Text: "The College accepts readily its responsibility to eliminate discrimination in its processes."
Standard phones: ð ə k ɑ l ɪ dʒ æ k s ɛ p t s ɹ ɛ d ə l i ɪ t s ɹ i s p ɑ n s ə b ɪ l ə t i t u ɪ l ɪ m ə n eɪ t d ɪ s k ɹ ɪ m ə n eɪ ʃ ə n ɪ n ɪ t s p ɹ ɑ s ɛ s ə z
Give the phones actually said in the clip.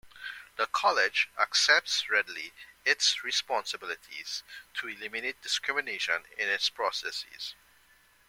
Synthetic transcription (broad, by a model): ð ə k ɑ l ɪ dʒ æ k s ɛ p t s ɹ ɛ d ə l i ɪ t s ɹ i s p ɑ n s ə b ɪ l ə t i t u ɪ l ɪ m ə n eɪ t d ɪ s k ɹ ɪ m ə n eɪ ʃ ə n ɪ n ɪ t s p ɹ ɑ s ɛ s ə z